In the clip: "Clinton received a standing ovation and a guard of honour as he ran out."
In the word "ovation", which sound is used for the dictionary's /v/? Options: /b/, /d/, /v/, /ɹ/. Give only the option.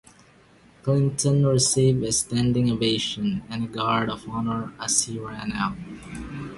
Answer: /b/